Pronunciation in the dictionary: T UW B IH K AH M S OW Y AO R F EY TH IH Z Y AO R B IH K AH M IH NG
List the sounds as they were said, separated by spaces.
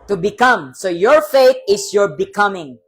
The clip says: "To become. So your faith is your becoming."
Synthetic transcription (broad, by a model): T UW B IH K AH M S OW Y AO R F EY T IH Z Y AO R B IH K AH M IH NG